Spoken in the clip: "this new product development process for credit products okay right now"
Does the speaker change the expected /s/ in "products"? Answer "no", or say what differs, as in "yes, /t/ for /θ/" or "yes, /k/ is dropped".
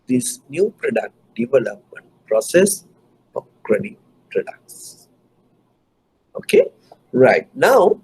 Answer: no